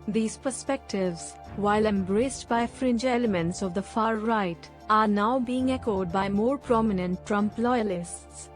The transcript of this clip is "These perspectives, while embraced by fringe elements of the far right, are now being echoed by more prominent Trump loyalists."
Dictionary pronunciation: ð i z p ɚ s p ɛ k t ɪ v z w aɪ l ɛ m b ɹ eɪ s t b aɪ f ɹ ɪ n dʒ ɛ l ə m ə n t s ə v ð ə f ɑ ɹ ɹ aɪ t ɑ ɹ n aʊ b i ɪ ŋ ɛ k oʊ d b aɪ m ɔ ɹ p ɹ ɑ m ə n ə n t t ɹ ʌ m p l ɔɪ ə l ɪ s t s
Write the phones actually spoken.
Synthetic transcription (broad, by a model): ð i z p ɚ s p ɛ k t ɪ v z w aɪ l ɛ m b ɹ eɪ s t b aɪ f ɹ ɪ n dʒ ɛ l ə m ə n t s ə v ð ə f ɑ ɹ ɹ aɪ t ɑ ɹ n aʊ b i ɪ ŋ ɛ k oʊ d b aɪ m ɔ ɹ p ɹ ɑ m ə n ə n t t ɹ ʌ m p l ɔɪ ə l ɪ s t s